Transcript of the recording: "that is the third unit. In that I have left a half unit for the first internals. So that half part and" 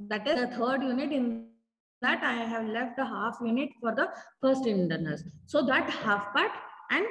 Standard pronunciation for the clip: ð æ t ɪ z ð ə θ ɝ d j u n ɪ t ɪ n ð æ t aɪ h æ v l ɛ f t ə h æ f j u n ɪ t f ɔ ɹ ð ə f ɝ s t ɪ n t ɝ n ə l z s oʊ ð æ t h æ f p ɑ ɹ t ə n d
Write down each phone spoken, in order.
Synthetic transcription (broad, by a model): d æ t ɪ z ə t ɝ d j u n ɪ t ɪ n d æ t aɪ h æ v l ɛ f t ə h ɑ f j u n ɪ t f ɔ ɹ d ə f ɝ s t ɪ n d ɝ n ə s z s oʊ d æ t h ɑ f p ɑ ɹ t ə n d